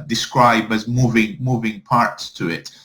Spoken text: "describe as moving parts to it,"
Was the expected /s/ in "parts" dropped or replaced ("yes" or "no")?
no